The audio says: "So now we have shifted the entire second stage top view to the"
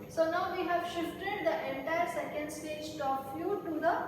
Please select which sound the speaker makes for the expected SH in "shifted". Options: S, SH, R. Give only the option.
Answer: SH